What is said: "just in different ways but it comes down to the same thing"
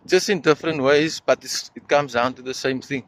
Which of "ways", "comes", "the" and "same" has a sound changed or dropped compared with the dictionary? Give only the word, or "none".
none